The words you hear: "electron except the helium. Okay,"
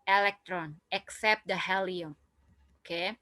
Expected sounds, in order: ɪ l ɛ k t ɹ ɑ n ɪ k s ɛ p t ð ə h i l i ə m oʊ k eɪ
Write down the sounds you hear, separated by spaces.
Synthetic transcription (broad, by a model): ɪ l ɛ k t ɹ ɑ n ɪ k s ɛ p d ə h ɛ l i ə oʊ k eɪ